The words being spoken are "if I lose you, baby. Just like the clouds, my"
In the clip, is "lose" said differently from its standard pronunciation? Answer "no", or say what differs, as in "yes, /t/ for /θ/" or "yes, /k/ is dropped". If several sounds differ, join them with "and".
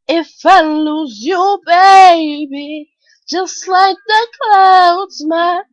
no